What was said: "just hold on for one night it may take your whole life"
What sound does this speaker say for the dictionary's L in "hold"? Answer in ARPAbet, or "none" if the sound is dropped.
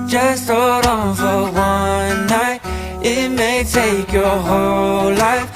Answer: none